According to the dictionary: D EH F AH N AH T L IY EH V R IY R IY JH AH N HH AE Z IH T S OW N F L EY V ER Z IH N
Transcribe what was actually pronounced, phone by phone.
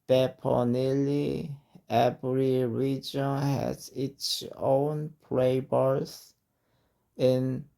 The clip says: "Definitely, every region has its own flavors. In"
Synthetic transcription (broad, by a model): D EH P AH N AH L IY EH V R IY R IY JH AH N HH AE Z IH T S OW N P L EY B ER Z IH N